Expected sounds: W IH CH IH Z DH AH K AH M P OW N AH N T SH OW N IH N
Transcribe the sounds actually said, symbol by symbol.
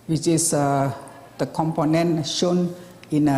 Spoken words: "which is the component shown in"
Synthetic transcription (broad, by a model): W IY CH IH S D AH K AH M P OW N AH N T SH OW N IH N